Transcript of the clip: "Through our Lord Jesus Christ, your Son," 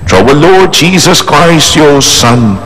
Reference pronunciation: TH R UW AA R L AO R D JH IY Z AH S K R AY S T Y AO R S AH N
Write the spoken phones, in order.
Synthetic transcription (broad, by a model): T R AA W L AO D JH IY Z AH S K R AY S T Y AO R S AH N